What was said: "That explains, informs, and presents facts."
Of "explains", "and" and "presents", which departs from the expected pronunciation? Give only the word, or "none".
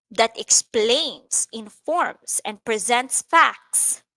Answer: explains